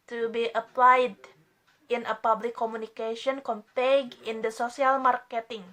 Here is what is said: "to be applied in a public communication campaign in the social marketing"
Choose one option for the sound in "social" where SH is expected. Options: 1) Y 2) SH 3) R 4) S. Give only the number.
4